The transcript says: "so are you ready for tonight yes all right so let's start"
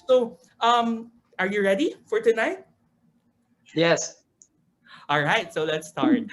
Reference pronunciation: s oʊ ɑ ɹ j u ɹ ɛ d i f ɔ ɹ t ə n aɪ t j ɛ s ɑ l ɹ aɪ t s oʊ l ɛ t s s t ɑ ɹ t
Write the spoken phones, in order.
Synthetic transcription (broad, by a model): s oʊ ɑ ɹ j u ɹ ɛ d i f ɔ ɹ t ə n aɪ t j ɛ s ɑ l ɹ aɪ t s oʊ l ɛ t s s t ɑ ɹ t